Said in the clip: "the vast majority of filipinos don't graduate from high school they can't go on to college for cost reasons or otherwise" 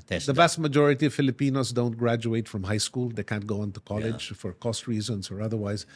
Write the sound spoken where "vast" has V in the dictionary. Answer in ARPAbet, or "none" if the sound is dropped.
B